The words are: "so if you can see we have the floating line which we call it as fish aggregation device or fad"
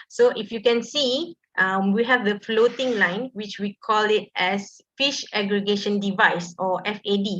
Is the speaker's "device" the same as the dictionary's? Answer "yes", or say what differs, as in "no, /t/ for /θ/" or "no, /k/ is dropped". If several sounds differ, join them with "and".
yes